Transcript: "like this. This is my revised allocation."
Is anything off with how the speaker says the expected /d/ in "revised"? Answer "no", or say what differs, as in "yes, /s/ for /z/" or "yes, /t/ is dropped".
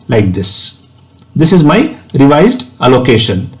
no